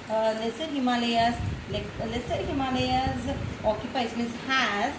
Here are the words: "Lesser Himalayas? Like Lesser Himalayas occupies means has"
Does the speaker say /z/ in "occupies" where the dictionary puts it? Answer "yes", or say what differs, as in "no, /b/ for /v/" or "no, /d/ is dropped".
no, /s/ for /z/